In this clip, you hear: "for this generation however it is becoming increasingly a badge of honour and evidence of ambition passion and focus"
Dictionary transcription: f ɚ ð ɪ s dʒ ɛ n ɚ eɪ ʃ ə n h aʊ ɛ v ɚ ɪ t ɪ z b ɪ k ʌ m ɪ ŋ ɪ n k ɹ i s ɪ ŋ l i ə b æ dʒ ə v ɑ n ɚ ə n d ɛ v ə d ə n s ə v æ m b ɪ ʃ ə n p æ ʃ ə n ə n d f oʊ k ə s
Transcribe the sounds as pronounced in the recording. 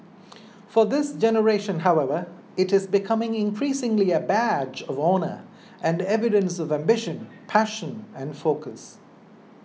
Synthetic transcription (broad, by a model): f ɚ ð ɪ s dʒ ɛ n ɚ eɪ ʃ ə n h aʊ ɛ v ɚ ɪ t ɪ z b ɪ k ʌ m ɪ ŋ ɪ n k ɹ i s ɪ ŋ l i ə b æ dʒ ə v ɑ n ɚ ə n d ɛ v ə d ə n s ə v æ m b ɪ ʃ ə n p æ ʃ ə n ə n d f oʊ k ə s